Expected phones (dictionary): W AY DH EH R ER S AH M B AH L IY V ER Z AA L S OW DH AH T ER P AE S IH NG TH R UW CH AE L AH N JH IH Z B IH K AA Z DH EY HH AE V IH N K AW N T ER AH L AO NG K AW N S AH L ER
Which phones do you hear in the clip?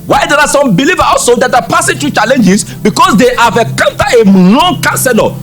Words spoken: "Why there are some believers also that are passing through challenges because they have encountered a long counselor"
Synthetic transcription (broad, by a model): W AY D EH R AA S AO M B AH L IY V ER AA L S OW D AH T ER P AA S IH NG T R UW CH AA L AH N JH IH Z B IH K AA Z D EY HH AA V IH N K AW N T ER AH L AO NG K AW N S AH L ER